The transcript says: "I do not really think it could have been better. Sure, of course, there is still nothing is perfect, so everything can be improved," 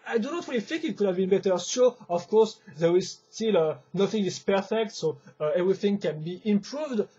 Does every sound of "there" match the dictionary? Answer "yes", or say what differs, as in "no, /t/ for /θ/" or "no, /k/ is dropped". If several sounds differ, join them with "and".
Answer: yes